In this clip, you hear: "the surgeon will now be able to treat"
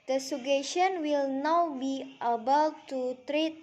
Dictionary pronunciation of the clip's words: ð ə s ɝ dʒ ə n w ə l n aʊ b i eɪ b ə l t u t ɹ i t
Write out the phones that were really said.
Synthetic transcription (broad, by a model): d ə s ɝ ʃ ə n w ə l n aʊ b i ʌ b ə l t u t ɹ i t